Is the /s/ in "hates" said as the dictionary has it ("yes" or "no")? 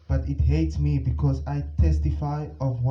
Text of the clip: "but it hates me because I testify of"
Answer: yes